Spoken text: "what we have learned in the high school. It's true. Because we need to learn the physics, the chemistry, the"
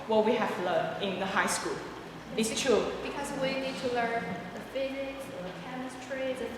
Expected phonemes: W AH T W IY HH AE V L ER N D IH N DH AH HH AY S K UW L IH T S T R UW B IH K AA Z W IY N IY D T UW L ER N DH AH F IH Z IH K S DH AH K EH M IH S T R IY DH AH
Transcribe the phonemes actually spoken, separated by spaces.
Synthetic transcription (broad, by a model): W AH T W IY HH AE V L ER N IH N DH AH HH AY S K UW L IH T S T R UW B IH K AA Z W IY N IY D T UW L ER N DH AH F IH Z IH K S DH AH K EH M IH S T R IY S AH